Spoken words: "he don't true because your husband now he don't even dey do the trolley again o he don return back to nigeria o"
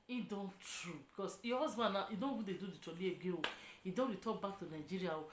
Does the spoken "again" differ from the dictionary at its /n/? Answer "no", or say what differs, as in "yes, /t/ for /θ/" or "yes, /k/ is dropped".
yes, /n/ is dropped